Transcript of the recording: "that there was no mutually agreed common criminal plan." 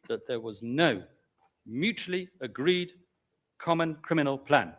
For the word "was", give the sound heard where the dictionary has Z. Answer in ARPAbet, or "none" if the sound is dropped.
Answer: Z